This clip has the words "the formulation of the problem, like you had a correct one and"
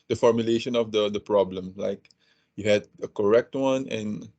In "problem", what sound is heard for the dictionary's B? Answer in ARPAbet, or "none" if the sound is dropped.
B